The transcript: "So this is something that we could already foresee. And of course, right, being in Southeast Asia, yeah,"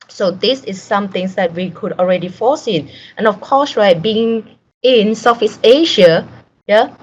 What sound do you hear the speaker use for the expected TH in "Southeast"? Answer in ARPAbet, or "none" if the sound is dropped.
F